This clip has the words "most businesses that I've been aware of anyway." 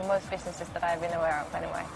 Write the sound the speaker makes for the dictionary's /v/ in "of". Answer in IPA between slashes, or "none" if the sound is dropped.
/f/